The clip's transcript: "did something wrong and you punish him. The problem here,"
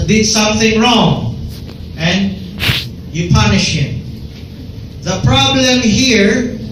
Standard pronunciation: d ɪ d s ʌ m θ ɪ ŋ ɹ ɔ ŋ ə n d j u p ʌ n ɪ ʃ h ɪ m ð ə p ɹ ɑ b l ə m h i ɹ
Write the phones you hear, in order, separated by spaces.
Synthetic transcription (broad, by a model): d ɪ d s ʌ m θ ɪ ŋ ɹ ɔ ŋ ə n j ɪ p ʌ n ɪ ʃ h ɪ m ð ə p ɹ ɑ b l ə m h i ɹ